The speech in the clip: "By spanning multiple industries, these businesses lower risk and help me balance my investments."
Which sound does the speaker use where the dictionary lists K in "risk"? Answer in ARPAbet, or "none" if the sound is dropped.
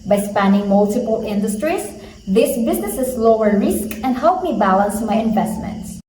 K